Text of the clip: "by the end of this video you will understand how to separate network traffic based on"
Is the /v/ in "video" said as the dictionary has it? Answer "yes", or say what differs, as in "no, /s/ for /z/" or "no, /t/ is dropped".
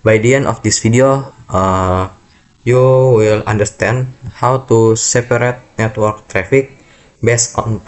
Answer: no, /f/ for /v/